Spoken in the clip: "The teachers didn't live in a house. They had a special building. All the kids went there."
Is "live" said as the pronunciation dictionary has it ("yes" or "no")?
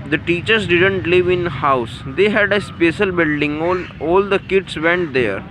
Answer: yes